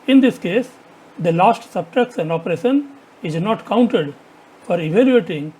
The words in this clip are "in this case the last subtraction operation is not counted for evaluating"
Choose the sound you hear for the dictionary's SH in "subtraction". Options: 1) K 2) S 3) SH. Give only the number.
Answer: 2